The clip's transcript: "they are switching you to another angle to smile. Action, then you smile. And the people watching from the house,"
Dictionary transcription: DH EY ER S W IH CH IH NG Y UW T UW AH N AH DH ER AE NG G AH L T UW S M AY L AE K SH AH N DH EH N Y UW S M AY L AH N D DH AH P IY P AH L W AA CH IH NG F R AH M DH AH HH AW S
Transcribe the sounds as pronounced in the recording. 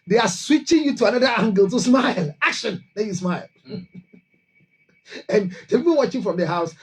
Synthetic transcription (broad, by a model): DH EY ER S W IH CH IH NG Y UW T UW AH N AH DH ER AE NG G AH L T UW S M AY L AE K SH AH N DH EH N Y UW S M AY L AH N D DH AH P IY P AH N W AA CH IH F R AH M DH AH HH AW S